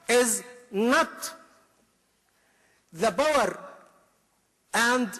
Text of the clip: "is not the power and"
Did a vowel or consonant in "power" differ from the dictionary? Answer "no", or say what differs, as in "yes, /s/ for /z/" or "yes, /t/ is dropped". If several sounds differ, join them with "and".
yes, /b/ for /p/